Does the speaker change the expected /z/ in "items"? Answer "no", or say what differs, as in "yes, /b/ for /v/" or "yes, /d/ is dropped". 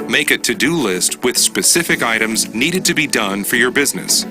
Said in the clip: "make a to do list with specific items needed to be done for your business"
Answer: no